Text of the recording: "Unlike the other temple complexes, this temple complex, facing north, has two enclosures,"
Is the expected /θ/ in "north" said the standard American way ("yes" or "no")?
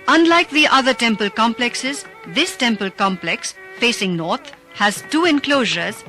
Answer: no